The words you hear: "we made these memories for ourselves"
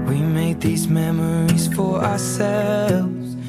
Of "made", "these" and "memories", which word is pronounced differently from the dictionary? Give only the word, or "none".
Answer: none